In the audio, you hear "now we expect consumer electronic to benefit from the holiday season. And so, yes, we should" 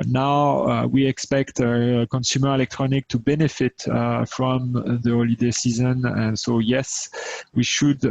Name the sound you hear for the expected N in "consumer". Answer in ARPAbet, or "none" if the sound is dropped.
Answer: N